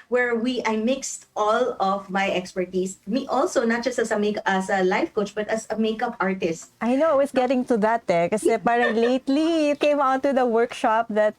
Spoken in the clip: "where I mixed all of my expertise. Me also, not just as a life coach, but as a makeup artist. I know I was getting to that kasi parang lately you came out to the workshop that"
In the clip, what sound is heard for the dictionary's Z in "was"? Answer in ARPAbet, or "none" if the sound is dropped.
S